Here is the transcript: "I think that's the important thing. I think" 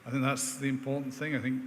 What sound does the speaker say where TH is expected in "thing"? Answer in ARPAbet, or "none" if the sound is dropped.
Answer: TH